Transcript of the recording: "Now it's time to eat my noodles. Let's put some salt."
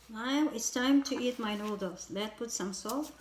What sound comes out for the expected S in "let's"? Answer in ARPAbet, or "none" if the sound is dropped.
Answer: none